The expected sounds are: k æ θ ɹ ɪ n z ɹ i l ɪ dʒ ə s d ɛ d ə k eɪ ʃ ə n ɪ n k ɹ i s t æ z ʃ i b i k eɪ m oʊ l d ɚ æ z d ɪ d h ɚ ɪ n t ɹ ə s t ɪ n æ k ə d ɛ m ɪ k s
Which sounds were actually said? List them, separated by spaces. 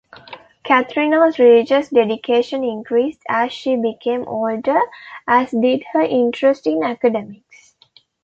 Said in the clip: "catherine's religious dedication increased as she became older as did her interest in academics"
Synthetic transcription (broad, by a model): k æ t ɹ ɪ n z ɹ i l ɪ dʒ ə s d ɛ d ə k eɪ ʃ ə n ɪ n k ɹ i s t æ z ʃ i b i k eɪ m oʊ l d ɚ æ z d ɪ d h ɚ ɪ n t ɹ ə s t ɪ n æ k ə d ɛ m ɪ k s